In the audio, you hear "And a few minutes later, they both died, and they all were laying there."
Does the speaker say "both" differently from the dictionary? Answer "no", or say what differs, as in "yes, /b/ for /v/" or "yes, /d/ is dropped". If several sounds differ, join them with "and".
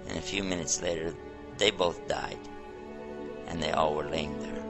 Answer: no